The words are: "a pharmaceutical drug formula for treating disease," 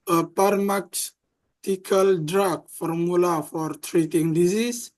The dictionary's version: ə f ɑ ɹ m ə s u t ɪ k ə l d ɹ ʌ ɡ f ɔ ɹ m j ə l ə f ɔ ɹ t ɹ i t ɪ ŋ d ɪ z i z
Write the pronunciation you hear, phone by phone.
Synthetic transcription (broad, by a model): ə p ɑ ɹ m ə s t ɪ k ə l d ɹ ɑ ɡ f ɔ ɹ m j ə l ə f ɔ ɹ t ɹ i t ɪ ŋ d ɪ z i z